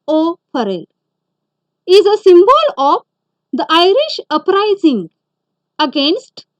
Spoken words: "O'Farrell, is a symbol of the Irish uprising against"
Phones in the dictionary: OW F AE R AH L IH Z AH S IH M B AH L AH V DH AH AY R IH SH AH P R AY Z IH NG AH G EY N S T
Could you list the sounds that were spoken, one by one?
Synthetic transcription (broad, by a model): OW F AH R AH L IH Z AH S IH M B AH L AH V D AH AY R IH SH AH P R AY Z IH NG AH G EY N S T